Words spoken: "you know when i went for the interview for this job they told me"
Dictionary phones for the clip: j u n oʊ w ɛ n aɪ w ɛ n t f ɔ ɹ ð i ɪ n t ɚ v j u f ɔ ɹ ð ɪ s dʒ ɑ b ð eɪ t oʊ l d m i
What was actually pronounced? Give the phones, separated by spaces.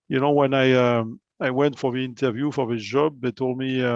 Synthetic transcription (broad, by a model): j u n oʊ w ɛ n aɪ w ɛ n t f ɔ ɹ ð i ɪ n t ɚ v j u f ɔ ɹ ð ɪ dʒ ɑ b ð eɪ t oʊ l d m i